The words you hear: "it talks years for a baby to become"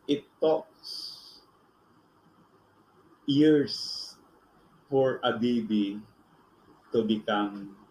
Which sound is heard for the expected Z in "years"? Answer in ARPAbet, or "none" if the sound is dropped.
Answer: S